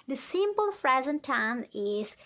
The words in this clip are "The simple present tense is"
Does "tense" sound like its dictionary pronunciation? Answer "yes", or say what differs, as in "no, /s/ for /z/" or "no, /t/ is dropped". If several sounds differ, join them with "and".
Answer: no, /s/ is dropped